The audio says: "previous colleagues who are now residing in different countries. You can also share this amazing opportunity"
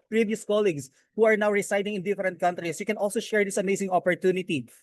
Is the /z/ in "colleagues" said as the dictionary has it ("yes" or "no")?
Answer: no